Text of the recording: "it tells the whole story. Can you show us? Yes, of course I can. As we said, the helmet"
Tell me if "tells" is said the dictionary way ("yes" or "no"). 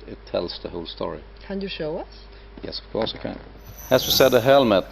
no